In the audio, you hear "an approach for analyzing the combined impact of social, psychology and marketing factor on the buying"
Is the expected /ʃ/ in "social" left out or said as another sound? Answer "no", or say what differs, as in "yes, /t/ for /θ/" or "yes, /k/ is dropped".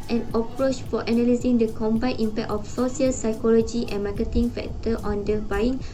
yes, /s/ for /ʃ/